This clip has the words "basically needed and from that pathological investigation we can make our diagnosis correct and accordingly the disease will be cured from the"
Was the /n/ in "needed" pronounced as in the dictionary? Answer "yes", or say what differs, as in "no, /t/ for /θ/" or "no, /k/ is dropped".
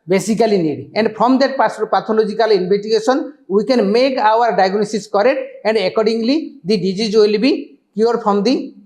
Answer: no, /l/ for /n/